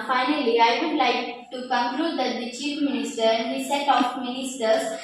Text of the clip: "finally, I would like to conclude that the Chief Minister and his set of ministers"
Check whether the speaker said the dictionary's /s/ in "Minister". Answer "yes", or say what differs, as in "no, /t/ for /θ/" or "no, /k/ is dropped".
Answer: yes